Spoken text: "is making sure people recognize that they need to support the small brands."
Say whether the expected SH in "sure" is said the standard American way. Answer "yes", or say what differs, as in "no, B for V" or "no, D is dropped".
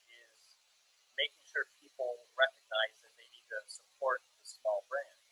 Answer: yes